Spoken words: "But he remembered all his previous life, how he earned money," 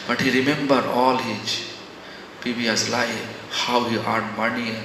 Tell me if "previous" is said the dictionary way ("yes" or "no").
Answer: no